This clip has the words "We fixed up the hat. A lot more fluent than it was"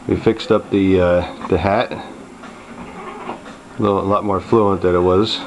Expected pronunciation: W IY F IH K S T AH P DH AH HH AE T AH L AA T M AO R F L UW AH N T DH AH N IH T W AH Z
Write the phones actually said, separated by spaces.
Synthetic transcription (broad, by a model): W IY F IH K S T AH P DH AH HH AE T AH L AA T M AO R F L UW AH N DH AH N IH T W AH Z